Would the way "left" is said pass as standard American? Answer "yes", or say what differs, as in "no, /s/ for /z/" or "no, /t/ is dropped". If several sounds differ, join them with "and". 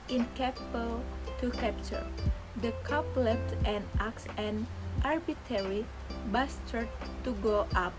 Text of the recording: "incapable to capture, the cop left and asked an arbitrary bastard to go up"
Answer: no, /f/ is dropped